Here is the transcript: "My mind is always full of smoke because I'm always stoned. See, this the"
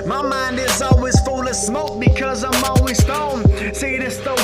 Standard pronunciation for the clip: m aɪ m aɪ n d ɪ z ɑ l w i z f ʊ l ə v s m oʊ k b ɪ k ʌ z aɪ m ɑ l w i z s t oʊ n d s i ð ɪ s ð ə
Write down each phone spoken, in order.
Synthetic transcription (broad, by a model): m aɪ m aɪ n d ɪ z ɑ l w i z f ʊ l ə v s m oʊ k b ɪ k ʌ z aɪ m ɑ l w i z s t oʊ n s i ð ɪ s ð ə